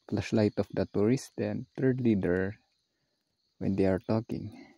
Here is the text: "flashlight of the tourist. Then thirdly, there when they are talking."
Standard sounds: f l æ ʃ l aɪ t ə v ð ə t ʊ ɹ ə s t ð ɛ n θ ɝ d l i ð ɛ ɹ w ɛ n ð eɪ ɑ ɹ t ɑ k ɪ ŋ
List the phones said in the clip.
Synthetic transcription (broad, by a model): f l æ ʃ l aɪ t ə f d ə t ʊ ɹ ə s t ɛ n t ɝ d l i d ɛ ɹ w ɛ n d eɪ ɑ ɹ t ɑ k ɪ ŋ